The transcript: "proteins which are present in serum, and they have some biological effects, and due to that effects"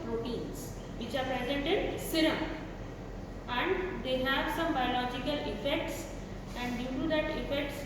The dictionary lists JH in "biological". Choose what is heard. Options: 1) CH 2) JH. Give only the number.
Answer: 2